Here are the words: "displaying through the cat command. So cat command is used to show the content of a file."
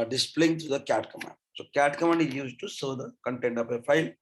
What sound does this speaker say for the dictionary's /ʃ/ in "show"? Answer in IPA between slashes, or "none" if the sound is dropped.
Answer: /s/